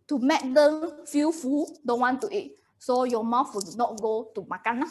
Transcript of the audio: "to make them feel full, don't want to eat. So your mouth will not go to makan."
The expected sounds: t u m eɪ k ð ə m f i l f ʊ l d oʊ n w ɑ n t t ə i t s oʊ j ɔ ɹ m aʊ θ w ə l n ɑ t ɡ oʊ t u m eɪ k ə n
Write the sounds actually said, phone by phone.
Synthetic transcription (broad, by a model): t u m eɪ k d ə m f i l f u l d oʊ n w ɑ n t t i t s oʊ j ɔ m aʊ f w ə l n ɑ t ɡ oʊ t u m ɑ k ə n